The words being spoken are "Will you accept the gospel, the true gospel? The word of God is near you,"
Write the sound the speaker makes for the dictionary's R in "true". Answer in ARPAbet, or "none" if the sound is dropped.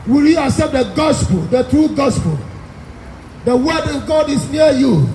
R